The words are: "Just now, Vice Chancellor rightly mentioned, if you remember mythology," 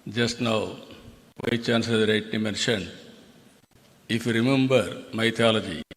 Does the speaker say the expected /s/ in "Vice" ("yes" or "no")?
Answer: no